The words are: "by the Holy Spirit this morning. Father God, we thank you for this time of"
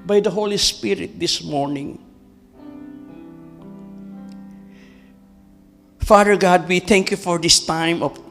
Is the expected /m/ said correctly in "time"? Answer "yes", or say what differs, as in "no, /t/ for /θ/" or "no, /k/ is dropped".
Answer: yes